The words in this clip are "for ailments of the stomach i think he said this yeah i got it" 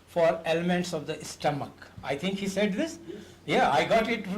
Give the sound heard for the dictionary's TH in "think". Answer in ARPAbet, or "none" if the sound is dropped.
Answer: T